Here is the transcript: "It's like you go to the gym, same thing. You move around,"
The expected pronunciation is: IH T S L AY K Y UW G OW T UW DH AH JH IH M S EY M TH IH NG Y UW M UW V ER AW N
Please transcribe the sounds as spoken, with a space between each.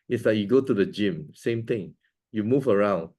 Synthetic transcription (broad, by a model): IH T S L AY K Y UW G OW T UW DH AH JH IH M S EY M T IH NG Y UW M UW V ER AW N